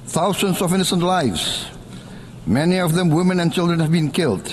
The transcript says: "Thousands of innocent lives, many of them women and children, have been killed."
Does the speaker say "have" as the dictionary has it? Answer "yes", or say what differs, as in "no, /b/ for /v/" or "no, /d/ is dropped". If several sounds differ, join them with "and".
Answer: yes